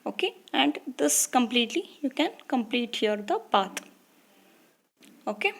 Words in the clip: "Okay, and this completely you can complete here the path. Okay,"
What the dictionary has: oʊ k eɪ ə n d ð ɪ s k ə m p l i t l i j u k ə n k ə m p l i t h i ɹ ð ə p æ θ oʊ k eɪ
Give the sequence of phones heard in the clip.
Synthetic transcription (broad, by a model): oʊ k eɪ ə n d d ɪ s k ə m p l i t l i j u k ə n k ə m p l i t h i ɹ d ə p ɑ t oʊ k eɪ